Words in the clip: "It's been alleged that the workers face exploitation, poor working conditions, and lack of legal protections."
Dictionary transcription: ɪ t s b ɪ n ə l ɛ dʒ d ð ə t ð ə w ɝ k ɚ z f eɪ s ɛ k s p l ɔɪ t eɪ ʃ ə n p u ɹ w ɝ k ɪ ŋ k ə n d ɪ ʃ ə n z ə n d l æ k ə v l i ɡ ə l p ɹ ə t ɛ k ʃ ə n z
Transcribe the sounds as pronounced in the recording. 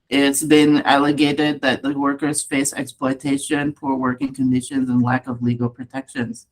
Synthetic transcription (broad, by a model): ɪ t s b ɪ n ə l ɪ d d ð ə t ð ə w ɝ k ɚ z f eɪ s ɛ k s p l ɔɪ t eɪ ʃ ə n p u ɹ w ɝ k ɪ ŋ k ə n d ɪ ʃ ə n z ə n l æ k ə v l i ɡ l p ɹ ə t ɛ k ʃ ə n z